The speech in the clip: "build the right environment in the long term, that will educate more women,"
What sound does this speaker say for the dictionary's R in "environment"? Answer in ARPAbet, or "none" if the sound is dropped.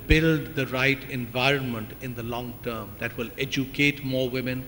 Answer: R